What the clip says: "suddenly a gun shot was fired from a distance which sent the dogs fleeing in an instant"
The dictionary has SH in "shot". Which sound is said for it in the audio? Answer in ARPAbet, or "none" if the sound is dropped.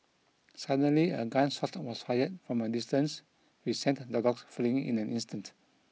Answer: S